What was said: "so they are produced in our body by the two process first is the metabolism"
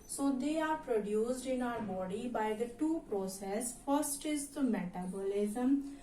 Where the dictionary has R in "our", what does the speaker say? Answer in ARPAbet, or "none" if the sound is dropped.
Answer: L